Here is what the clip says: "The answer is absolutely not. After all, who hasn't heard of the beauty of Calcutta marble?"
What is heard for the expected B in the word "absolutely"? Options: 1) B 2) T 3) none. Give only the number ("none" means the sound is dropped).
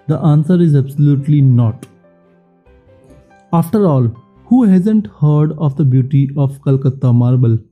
1